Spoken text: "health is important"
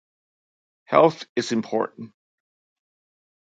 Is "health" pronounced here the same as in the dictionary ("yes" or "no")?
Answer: yes